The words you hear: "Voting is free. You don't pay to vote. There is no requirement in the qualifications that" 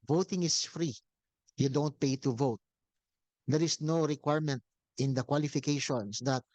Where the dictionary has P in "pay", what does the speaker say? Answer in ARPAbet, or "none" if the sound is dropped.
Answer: P